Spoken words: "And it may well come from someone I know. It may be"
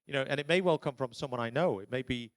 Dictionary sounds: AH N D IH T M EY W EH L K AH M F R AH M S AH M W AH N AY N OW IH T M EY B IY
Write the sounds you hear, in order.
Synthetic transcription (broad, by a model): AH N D IH T M EY W EH L K AH M F R AH M S AH M W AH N AY N OW IH T M EY B IY